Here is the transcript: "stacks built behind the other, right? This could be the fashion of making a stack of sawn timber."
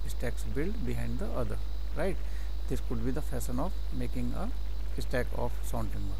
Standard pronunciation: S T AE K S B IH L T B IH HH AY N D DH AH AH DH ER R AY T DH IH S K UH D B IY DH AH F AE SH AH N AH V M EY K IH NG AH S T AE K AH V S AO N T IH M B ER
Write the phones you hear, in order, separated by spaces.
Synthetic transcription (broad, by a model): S T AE K S B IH L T B IH HH AY N D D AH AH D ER R AY T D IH S K UH D B IY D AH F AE S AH N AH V M EY K IH NG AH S T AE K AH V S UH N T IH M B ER